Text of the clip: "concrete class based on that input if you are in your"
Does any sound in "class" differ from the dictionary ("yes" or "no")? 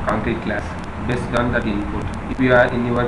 no